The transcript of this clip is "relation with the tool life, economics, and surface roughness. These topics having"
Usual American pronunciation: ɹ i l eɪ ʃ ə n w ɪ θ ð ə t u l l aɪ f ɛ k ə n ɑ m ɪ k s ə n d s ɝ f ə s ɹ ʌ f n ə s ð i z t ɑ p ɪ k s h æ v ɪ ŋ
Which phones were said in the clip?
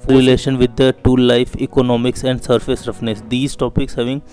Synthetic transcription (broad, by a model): ɹ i l eɪ ʃ ə n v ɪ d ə t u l l aɪ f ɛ k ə n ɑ m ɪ k s ə n d s ɝ f ə s ɹ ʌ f n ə s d i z t ɑ p ɪ k s h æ v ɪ ŋ